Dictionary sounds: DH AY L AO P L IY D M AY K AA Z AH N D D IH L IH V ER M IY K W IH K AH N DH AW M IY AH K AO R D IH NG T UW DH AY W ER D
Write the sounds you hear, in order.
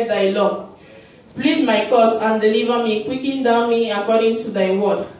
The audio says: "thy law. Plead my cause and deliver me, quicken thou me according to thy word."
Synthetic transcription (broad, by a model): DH AY L AO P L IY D M AY K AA S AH N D D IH L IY V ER M IY K W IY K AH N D AW M IY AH K AO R D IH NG T UW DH AY W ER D